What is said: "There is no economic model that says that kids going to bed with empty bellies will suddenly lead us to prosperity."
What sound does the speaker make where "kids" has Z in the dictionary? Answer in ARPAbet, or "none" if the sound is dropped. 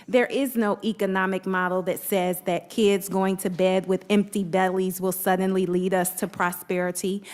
Z